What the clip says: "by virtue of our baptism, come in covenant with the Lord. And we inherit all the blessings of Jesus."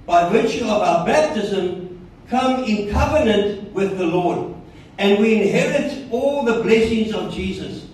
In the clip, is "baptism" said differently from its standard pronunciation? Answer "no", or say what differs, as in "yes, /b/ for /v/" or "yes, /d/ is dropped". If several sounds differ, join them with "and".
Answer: no